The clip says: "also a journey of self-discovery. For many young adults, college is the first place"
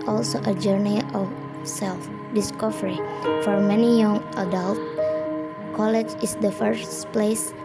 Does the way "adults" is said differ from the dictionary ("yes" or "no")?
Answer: yes